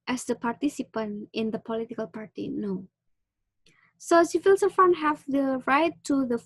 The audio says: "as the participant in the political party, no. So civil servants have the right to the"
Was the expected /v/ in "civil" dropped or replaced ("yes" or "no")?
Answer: yes